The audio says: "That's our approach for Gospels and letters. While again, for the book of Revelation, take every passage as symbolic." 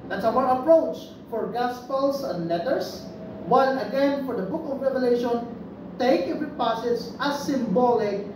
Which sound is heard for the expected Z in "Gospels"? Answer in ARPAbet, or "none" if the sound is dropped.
S